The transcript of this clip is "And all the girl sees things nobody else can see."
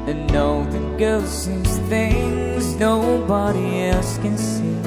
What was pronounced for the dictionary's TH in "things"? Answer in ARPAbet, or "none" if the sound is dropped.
TH